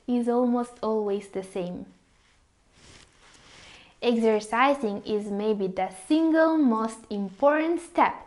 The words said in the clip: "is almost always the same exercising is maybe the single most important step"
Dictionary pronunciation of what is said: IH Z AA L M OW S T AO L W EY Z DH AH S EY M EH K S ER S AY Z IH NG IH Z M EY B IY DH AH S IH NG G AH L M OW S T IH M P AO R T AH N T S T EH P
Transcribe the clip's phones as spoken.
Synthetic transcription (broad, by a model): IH Z AA L M OW S T AO L W EY Z DH AH S EY M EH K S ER S AY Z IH NG IH Z M EY B IY DH AH S IH NG G AH L M OW S T IH M P AO R T AH N T S T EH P